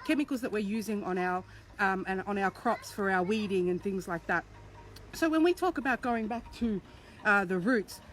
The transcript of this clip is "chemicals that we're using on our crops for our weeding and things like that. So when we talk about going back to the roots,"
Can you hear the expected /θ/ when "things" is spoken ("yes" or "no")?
yes